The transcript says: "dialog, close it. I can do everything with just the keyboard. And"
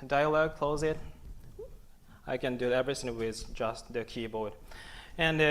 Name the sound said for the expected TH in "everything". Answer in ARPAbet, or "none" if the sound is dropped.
S